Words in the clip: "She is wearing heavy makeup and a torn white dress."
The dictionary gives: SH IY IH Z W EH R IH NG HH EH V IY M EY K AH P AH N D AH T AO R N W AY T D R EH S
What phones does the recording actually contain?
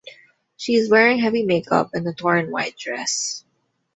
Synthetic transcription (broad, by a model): SH IY IH Z W EH R IH NG HH EH V IY M EY K AH P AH N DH AH T AO R N W AY T D R EH S